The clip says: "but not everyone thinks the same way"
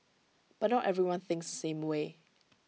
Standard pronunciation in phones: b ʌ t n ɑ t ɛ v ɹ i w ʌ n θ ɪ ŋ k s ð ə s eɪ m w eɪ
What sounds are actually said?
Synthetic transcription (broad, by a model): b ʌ t n ɑ t ɛ v ɹ i w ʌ n θ ɪ ŋ k s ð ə s eɪ m w eɪ